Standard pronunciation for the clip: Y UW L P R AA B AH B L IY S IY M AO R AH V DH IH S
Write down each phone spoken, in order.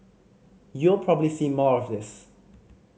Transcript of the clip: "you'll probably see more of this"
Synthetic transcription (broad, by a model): Y UW L P R AA B AH B L IY S IY M AO R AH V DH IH S